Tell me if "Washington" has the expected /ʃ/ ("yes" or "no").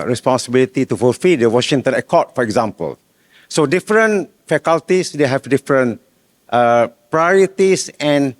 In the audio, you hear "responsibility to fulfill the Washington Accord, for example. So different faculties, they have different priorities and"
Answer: yes